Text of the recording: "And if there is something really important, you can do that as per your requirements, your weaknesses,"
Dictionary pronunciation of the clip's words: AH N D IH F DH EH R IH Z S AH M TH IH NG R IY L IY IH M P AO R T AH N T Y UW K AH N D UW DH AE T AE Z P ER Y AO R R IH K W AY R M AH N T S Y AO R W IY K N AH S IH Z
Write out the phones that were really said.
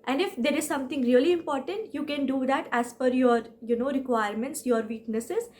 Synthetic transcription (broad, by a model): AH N D IH F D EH R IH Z S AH M T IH NG R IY L IY IH M P AO R T AH N T Y UW K AH N D UW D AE T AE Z F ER Y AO R R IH K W AY R M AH N T S Y AO R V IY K N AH S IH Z